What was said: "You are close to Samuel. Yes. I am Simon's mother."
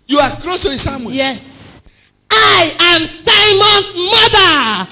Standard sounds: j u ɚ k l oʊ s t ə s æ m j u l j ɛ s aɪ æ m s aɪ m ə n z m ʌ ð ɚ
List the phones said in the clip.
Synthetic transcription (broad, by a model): j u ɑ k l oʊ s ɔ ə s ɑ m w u j ɛ s aɪ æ m s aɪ m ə n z m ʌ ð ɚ